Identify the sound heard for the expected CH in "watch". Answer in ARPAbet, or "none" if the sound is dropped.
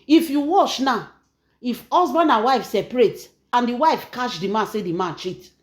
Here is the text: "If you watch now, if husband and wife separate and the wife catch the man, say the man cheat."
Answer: SH